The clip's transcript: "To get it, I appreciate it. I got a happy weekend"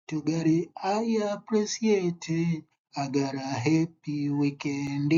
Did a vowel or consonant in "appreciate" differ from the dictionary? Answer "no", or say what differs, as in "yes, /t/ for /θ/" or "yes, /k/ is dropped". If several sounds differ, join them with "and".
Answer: yes, /s/ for /ʃ/